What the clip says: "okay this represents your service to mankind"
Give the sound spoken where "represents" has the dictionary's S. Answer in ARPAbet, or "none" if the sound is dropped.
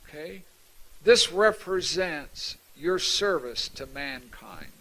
S